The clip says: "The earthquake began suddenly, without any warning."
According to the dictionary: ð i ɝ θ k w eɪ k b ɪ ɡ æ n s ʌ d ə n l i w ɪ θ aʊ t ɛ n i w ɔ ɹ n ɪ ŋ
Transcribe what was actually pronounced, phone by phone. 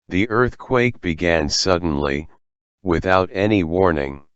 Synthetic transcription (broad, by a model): ð i ɝ θ k w eɪ k b ɪ ɡ æ n s ʌ d n l i w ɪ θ aʊ t ɛ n i w ɔ ɹ n ɪ ŋ